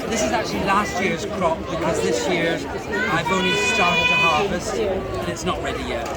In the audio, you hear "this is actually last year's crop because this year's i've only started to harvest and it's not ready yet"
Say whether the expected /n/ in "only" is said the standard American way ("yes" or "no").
no